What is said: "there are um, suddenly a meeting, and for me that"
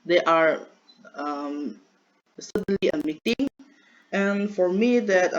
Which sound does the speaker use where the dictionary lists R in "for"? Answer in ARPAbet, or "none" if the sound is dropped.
R